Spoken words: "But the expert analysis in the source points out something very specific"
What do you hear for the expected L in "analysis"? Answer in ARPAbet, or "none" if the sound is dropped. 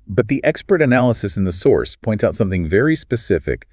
L